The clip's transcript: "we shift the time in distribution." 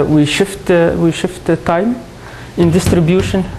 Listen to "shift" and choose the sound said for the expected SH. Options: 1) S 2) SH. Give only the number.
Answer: 2